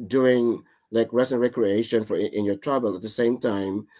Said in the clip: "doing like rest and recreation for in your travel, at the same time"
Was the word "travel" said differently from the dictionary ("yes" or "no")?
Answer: yes